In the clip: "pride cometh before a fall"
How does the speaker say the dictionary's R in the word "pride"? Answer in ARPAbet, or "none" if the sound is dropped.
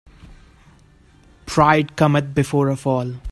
R